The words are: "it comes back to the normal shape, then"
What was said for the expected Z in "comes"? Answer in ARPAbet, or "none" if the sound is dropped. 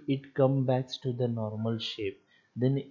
none